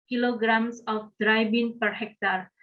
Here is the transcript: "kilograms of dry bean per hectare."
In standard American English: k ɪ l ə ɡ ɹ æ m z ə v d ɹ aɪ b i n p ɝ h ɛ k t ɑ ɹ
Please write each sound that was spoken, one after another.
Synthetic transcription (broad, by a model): k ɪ l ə ɡ ɹ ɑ m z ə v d ɹ aɪ b i n p ɝ h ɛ k t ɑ ɹ